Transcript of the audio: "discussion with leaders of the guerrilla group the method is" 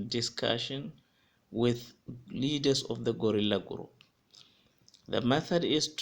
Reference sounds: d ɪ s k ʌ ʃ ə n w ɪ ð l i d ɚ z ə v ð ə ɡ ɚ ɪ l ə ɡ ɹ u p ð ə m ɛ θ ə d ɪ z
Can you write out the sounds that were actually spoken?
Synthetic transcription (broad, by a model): d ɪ s k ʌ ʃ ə n w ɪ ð l i d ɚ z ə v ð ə ɡ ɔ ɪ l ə ɡ ɹ u p ð ə m ɛ θ ə d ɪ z